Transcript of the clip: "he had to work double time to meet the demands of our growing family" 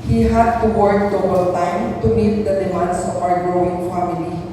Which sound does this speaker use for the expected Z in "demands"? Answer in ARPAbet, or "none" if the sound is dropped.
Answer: S